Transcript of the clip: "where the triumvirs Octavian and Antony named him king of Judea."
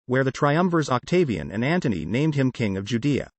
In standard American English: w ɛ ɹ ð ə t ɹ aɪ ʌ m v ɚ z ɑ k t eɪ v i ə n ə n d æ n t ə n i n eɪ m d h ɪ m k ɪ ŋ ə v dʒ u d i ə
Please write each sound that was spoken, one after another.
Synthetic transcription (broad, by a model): w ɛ ɹ ð ə t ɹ aɪ ʌ m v ɚ z ɑ k t eɪ v i ə n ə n æ n t ə n i n eɪ m d h ɪ m k ɪ ŋ ə v dʒ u d i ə